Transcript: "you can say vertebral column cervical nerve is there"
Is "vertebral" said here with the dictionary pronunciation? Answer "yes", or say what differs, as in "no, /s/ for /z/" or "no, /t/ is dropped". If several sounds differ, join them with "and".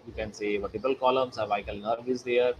no, /ɹ/ is dropped